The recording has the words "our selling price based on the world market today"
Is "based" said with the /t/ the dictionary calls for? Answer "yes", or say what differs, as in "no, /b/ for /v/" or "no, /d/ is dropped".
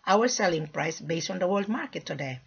yes